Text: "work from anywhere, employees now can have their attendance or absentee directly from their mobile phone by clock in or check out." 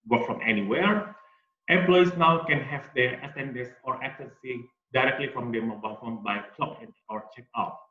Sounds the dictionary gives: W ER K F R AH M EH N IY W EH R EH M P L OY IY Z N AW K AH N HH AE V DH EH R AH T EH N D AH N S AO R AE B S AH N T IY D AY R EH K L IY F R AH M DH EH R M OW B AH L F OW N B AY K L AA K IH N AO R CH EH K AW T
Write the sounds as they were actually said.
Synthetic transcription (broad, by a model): W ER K F R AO M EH N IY W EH R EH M P L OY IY S N AW K AH N HH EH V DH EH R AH S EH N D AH S AO R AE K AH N S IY D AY R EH K L IY F R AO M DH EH M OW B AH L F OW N B AY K L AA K IH N AO R CH EH K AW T